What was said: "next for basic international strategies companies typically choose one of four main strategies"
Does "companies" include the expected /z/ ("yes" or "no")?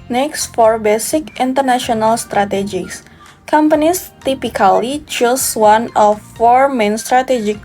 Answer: no